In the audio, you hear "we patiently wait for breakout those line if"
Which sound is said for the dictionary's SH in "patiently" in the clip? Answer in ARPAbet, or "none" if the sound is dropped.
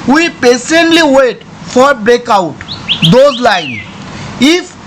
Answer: S